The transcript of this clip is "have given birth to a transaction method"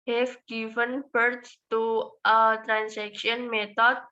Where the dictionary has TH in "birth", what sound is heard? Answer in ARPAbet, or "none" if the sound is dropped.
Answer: T